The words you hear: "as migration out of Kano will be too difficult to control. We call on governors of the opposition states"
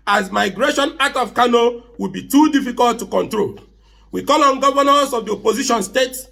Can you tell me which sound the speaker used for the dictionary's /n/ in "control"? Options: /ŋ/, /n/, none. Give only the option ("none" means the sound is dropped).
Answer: /n/